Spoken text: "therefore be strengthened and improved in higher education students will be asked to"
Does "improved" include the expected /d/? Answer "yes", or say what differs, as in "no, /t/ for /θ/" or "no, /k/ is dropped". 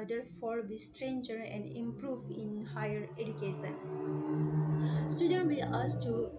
no, /d/ is dropped